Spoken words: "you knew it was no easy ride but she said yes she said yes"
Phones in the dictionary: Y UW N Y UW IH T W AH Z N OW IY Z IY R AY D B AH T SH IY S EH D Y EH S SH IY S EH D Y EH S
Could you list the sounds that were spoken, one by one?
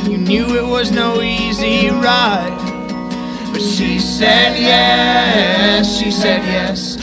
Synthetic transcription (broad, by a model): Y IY N Y UW IH T W AH Z N OW IY Z IY R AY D B AH T SH IY S EH D Y EH S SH IY S EH D Y EH S